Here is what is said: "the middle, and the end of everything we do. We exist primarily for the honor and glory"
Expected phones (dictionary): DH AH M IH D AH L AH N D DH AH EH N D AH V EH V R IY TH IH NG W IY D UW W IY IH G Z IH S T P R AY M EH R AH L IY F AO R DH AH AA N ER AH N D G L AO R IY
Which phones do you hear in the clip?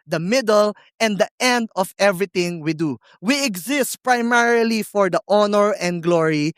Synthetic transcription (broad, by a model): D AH M IH D AH L AH N D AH EH N D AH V EH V R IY T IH NG W IY D UW W IY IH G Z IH S T P R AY M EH R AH L IY F AO R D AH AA N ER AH N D G L AO R IY